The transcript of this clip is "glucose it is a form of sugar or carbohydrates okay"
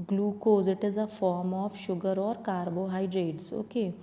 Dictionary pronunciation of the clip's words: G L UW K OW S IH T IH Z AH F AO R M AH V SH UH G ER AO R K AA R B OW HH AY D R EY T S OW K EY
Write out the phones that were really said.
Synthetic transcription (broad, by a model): G L UW K OW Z IH T IH Z AH F AO R M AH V SH UH G ER AO R K AA R B OW HH AY D R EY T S OW K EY